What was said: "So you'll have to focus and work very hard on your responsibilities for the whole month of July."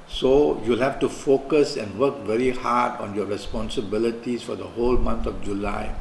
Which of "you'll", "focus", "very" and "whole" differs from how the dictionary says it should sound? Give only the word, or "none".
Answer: none